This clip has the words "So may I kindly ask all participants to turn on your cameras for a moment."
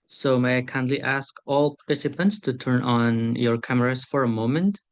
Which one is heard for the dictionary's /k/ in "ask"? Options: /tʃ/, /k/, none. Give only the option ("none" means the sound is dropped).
/k/